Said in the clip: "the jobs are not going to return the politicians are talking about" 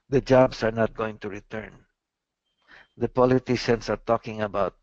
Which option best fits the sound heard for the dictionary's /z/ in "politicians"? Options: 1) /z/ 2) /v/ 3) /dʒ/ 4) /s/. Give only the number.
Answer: 4